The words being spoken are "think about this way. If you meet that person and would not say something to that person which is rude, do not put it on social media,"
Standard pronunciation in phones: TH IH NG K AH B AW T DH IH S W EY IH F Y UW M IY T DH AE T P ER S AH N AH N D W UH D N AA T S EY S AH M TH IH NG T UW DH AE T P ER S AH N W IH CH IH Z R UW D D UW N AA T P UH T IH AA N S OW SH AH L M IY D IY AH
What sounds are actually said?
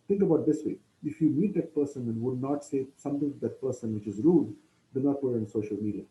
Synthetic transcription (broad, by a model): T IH NG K AH B AW T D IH S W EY IH F Y UW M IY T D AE T P ER S AH N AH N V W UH D N AA T S EY S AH M T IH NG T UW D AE T P ER S AH N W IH CH IH Z R UW D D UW N AA T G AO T IH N S OW SH AH L M IY D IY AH